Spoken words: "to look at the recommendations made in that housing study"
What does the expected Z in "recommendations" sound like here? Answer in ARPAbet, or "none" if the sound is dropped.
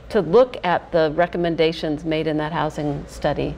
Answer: Z